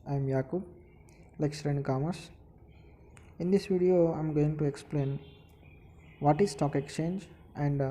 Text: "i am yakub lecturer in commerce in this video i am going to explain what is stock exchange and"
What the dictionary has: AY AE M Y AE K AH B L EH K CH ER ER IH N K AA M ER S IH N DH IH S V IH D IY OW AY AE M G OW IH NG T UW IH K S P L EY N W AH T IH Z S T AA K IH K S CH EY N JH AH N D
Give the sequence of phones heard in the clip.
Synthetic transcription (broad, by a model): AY M Y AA K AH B L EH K S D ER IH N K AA M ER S IH N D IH S V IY D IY OW AY M G OW IH NG T UW IH K S P L EY N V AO T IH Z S T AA K IH K S CH EY N JH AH N D